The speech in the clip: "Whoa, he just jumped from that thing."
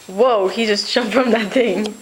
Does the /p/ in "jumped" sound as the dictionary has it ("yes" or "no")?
no